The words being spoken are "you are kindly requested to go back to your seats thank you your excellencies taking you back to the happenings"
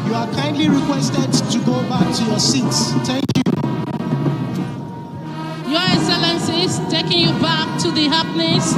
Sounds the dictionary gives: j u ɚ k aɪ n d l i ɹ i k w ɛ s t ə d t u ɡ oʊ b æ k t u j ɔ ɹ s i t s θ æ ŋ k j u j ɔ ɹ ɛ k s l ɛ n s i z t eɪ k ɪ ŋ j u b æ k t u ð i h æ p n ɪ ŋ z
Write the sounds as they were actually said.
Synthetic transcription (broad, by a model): j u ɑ k aɪ n d l i ɹ i k w ɛ s t ə d t u ɡ oʊ b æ k t u j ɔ s i t s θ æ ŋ k j u j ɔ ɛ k s l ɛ n s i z t eɪ k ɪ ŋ j u b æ k t u ð i h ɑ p n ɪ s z